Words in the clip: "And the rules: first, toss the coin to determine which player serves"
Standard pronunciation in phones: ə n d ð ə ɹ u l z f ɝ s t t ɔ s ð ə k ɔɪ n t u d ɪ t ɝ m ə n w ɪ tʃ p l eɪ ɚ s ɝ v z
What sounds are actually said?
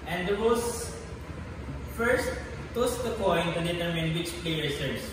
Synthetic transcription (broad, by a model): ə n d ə w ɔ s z f ɝ s t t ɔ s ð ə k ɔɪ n t u d ɪ t ɝ m ə n w ɪ tʃ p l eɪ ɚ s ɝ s